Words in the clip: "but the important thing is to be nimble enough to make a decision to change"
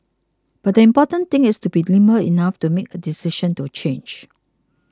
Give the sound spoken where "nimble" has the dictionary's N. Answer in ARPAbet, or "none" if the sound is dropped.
L